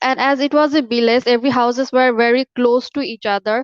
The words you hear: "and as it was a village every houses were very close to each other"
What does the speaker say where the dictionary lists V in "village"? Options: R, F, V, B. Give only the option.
B